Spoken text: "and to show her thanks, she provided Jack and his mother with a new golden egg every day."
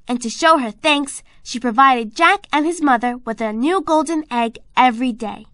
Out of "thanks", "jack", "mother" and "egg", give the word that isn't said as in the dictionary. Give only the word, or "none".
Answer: none